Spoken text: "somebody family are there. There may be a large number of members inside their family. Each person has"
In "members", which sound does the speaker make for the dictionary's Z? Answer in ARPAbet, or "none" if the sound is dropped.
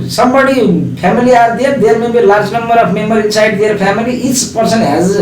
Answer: none